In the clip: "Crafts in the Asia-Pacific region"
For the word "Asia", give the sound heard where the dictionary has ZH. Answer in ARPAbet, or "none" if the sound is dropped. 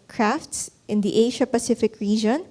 SH